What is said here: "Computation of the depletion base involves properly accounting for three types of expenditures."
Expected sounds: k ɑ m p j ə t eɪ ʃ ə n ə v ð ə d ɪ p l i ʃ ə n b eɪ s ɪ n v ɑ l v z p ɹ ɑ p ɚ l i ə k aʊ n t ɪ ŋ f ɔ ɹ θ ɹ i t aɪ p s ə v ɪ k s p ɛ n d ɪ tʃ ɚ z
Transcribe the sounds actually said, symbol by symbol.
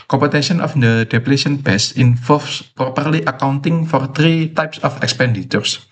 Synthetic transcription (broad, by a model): k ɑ m p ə t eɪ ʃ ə n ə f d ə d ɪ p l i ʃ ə n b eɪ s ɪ n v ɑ l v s p ɹ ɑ p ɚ l i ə k aʊ n t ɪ ŋ f ɔ ɹ t ɹ i t aɪ p s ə f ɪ k s p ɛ n d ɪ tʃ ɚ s